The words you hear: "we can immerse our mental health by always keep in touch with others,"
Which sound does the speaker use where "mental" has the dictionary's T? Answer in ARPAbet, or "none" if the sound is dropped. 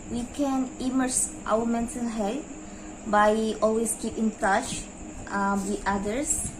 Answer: S